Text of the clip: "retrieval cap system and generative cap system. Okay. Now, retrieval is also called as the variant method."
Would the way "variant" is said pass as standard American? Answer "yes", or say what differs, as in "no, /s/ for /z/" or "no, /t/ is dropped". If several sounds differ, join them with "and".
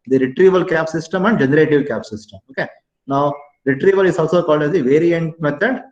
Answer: yes